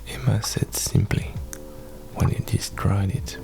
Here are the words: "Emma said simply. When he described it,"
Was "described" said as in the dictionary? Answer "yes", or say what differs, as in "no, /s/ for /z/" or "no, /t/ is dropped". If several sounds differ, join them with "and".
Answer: no, /b/ is dropped